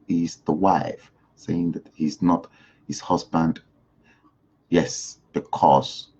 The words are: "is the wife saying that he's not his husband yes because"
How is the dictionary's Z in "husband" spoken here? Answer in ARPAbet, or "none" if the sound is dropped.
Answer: Z